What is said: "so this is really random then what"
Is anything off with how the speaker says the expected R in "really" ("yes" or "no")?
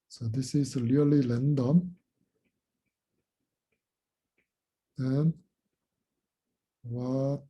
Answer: yes